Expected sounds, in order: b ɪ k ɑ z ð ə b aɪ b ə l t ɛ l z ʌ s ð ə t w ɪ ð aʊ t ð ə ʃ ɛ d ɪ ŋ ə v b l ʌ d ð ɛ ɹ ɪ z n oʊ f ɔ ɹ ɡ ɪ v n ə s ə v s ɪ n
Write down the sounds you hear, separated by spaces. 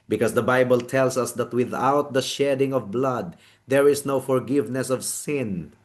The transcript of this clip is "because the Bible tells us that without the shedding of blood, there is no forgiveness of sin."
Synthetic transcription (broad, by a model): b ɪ k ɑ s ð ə b aɪ b ə l t ɛ l s ʌ s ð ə t w ɪ ð aʊ t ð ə ʃ ɛ d ɪ ŋ ə v b l ʌ d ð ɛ ɹ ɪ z n oʊ f ɔ ɹ ɡ ɪ v n ə s ə v s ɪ n